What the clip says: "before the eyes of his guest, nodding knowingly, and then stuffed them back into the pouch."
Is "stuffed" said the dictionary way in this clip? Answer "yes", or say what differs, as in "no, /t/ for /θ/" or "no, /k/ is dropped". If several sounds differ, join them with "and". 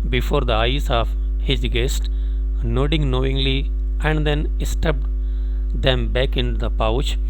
no, /p/ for /f/